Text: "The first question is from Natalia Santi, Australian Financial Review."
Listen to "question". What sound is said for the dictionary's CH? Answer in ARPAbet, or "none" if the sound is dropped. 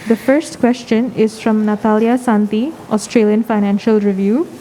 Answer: CH